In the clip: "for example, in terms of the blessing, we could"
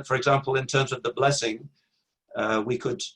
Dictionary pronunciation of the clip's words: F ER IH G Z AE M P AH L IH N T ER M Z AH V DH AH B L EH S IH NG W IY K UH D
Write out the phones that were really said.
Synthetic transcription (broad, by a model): F ER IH G Z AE M P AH L IH N T ER M Z AH V DH AH B L EH S IH NG W IY K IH D